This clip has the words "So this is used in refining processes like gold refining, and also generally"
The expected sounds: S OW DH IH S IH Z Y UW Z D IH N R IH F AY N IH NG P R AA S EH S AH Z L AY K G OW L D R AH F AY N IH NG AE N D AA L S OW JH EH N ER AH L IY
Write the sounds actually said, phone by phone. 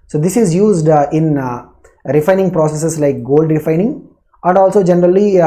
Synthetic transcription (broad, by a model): S OW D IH S IH Z Y UW Z D IH N R IH F AY N IH NG P R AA S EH S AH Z L AY K G OW L D R AH F AY N IH NG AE N D AA L S OW JH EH N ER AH L IY